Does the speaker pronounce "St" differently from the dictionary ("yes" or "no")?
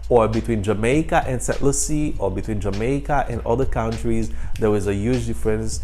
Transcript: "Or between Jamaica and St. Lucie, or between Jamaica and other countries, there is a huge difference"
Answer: yes